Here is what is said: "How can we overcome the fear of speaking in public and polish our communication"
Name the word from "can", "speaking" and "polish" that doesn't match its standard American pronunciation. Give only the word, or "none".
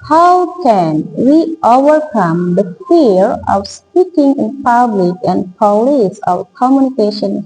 polish